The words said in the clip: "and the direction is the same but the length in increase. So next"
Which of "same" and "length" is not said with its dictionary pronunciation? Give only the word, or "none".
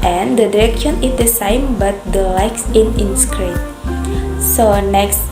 length